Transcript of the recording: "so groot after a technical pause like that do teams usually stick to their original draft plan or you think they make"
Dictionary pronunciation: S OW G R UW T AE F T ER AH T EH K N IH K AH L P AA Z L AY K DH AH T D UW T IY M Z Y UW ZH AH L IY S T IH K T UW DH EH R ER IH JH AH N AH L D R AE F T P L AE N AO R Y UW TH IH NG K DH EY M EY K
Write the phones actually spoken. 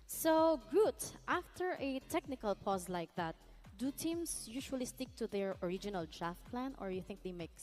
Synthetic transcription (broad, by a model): S OW G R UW T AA F T ER AH T EH K N IH K AH L P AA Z L AY K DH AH T D UW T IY M S Y UW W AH L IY S T IH K T UW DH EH R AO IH JH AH N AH L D R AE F T P L AE N AO R Y UW TH IH NG K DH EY M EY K